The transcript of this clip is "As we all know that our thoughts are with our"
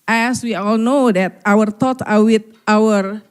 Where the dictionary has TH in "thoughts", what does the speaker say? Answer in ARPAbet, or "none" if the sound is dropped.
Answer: T